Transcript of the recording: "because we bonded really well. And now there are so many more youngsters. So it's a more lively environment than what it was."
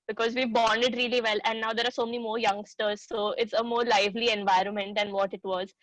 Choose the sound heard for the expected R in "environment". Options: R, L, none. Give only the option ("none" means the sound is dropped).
R